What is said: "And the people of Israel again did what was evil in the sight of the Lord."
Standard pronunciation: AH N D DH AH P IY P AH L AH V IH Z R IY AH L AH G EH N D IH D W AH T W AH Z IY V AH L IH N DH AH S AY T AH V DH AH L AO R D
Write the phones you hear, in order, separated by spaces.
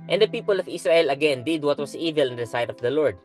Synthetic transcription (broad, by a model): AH N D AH P IY P AH L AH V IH S R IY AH L AH G EH N D IH D W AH T W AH S IY V AH L IH N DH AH S AY T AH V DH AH L AO R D